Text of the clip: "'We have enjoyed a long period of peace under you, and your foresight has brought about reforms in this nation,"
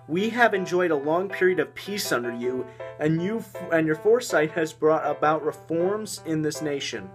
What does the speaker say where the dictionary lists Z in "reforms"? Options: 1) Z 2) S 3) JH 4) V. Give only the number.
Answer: 1